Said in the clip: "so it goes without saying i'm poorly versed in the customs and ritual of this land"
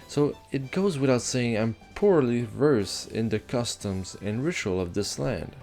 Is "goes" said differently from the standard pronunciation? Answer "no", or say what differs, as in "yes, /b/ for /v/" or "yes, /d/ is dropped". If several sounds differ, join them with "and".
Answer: no